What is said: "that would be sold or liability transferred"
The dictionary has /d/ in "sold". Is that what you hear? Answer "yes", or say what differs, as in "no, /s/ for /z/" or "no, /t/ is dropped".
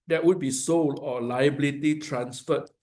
no, /d/ is dropped